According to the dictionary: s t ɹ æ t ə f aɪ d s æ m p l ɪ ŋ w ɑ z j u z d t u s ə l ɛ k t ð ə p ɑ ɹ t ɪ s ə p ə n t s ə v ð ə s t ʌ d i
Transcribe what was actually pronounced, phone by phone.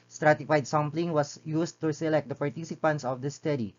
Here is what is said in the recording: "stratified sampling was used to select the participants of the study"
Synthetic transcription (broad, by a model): s t ɹ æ t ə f aɪ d s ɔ m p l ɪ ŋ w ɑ s j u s t u s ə l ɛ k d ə p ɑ ɹ t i s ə p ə n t s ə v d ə s t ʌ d i